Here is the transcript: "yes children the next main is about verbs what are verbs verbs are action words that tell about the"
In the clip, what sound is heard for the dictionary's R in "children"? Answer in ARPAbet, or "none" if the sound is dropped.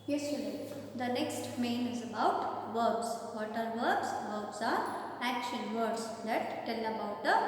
none